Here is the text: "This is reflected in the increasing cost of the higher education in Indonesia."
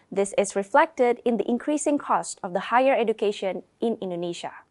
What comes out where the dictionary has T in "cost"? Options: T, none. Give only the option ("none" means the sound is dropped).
T